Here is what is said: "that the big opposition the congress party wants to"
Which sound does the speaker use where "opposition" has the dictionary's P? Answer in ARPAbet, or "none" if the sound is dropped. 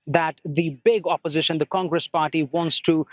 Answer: P